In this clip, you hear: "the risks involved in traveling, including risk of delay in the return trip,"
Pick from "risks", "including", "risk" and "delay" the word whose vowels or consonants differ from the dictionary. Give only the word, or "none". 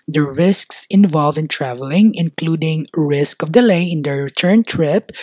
none